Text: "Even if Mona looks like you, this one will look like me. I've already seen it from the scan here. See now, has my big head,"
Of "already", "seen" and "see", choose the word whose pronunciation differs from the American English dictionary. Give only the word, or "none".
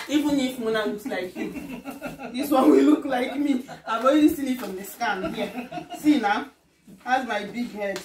already